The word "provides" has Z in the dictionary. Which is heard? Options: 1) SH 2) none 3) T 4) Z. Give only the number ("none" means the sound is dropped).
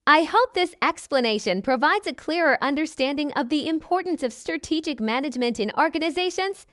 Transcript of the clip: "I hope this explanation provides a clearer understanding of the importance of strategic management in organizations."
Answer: 4